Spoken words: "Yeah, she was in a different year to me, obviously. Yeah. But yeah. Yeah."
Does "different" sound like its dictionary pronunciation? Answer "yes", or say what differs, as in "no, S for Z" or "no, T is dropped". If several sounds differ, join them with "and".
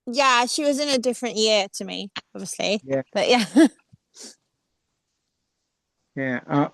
yes